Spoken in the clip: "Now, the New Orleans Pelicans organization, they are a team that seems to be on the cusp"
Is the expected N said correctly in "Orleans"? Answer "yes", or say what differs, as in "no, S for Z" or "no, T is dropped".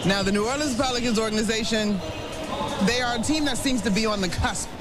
no, N is dropped